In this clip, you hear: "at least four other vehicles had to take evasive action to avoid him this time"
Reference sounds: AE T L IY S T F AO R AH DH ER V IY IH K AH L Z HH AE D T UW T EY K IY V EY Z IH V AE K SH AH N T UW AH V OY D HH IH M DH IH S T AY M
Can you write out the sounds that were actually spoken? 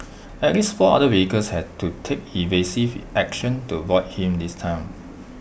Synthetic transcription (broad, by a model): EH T L IY S T F AO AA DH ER W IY K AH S HH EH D T UW T EY K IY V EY S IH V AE K SH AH N T UW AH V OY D HH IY M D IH S T AY M